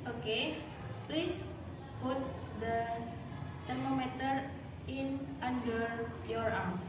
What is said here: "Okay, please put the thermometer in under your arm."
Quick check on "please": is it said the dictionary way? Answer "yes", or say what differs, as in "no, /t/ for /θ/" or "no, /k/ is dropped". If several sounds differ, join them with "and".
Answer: no, /s/ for /z/